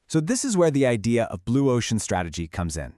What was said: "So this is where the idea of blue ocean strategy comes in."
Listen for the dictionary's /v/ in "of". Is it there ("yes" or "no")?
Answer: yes